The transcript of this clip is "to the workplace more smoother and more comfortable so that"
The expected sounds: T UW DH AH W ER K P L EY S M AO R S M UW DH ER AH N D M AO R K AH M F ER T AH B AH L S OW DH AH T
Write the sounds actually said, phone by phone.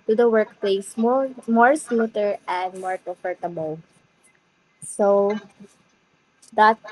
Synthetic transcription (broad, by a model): T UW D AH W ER K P L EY S M AO R S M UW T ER AH N D M AO R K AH F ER T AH B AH L S OW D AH T